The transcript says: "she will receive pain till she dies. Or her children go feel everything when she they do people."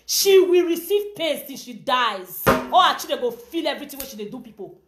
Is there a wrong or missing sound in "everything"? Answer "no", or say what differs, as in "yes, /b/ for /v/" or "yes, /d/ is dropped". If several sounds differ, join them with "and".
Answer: yes, /t/ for /θ/